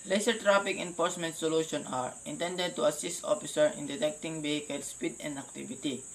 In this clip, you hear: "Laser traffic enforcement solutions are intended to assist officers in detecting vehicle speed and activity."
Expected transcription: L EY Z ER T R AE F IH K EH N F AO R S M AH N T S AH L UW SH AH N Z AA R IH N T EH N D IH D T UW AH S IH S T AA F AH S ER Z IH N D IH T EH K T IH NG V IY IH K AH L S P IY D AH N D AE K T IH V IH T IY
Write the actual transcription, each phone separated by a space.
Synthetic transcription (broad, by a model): L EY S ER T R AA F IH K EH N F AO R S M AH N T S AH L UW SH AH N AA R IH N T EH N D IH D T UW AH S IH S T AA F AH S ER IH N D IH T EH K T IH NG B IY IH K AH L S P IY D AH N D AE K T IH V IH T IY